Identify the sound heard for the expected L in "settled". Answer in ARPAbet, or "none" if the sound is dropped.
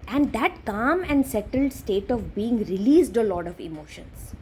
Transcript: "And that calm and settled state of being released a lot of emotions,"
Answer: L